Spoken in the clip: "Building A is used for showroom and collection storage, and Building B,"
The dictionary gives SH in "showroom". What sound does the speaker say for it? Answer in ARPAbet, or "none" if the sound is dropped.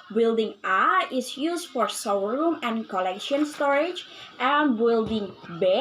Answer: S